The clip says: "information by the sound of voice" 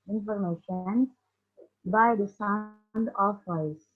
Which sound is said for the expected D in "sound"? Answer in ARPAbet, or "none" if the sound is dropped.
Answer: D